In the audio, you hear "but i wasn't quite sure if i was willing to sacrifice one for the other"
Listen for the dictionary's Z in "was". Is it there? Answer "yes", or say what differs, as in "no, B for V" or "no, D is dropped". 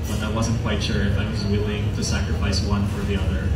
yes